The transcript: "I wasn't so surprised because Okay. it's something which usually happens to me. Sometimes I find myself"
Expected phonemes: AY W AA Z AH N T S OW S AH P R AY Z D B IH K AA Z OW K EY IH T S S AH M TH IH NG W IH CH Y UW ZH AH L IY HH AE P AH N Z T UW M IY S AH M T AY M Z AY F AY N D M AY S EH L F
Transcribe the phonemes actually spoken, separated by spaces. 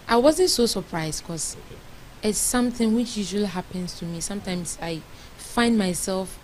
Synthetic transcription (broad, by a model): AY W AA Z AH N T S OW S AH P R AY Z D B K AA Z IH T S S AH M TH IH NG W IH CH Y UW ZH AH L IY HH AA P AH N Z T UW M IY S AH M T AY M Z AY F AY N D M AY S EH L F